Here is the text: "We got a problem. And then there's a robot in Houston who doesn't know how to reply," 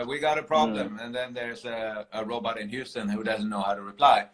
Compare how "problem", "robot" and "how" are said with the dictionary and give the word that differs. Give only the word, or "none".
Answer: none